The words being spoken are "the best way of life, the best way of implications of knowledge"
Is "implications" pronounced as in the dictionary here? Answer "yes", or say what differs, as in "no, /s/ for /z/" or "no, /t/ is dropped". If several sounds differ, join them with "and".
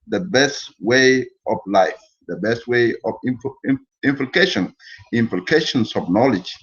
no, /s/ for /z/